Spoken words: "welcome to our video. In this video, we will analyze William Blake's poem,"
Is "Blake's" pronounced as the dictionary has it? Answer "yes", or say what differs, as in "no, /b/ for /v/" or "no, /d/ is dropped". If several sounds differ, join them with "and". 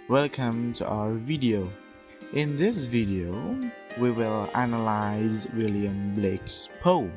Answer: yes